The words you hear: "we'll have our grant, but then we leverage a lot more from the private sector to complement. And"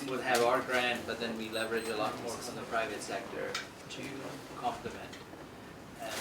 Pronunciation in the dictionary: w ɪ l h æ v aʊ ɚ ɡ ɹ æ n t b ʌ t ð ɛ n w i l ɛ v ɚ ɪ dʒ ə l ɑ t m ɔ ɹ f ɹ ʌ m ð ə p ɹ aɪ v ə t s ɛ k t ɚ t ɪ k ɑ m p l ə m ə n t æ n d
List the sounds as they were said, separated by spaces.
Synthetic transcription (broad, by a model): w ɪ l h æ v aʊ ɚ ɡ ɹ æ n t b ʌ t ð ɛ n w i l ɛ v ɚ ɪ dʒ ə l ɑ t m ɔ ɹ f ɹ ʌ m ð ə p ɹ aɪ v ə t s ɛ k t ɚ t ɪ k ɑ m p l ə m ə n t